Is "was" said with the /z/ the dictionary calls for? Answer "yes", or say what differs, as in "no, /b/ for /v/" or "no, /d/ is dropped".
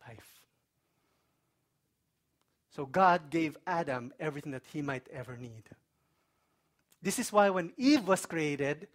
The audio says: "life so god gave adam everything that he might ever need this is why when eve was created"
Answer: no, /s/ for /z/